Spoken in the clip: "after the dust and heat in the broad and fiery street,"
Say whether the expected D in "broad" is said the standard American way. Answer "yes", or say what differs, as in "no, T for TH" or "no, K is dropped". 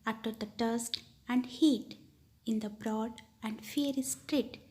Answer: yes